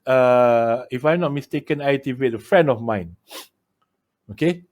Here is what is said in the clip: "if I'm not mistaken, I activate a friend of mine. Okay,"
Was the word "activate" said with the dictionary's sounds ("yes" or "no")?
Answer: no